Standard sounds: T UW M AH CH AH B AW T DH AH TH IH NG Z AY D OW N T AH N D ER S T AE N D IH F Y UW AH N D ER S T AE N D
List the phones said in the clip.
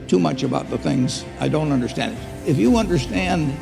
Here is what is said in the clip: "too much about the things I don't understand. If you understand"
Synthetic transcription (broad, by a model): T UW M AH CH AH B AW T DH AH TH IH NG Z AY D OW N T AH N D ER S T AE N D IH F Y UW AH N D ER S T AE N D